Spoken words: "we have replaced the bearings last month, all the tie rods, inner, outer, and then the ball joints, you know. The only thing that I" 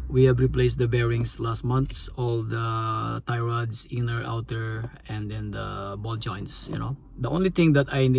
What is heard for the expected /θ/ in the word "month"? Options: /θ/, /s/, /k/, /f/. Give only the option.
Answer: /s/